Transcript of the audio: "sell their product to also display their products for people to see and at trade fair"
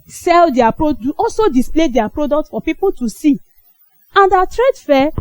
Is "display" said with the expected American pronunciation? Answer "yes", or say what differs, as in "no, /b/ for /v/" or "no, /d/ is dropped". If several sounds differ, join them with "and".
yes